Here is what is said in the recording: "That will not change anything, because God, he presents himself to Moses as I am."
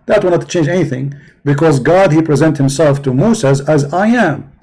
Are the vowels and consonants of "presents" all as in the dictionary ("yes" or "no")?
no